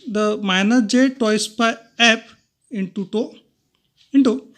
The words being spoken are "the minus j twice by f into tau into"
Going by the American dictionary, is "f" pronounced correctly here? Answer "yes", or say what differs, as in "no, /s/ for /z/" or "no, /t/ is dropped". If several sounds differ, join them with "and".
no, /p/ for /f/